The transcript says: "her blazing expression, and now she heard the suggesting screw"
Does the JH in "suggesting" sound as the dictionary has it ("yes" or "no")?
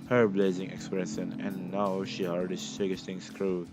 no